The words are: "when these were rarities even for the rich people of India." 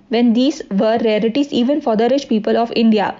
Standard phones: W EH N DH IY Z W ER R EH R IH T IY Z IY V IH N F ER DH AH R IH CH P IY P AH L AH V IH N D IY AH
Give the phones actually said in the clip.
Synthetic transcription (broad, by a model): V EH N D IY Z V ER R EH L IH T IY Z IY V IH N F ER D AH R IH SH P IY P AH L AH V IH N D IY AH